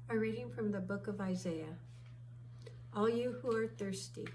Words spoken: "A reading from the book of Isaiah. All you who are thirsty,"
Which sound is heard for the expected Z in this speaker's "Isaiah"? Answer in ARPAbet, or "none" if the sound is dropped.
Z